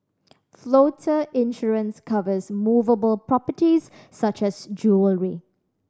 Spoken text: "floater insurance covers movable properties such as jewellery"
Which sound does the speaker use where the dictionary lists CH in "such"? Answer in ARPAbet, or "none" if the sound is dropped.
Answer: CH